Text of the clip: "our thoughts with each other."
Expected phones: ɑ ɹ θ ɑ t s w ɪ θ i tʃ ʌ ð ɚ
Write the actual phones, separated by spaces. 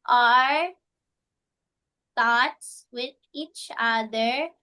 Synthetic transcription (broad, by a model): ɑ ɹ t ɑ t s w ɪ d i tʃ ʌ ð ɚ